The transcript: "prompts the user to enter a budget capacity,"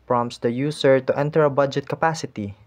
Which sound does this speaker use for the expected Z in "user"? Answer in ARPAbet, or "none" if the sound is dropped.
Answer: S